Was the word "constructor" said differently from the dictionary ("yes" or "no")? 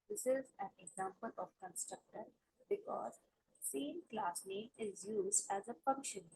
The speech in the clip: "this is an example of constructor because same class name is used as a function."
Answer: no